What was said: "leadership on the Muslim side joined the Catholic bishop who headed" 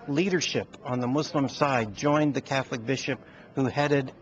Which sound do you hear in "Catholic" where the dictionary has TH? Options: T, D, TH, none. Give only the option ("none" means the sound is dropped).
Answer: TH